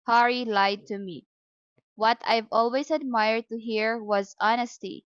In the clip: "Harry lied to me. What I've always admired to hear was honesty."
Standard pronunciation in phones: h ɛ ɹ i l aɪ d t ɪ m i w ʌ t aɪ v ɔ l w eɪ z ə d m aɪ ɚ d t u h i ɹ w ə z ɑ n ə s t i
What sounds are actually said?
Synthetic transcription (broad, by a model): h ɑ ɹ i l aɪ d t ɪ m i w ʌ t aɪ v ɔ l w eɪ z ə d m aɪ ɚ d t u h i ɹ w ə z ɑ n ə s t i